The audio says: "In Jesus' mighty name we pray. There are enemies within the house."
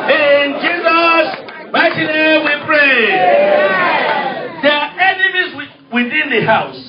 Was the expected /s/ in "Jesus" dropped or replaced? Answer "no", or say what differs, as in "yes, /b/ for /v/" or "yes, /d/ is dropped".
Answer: no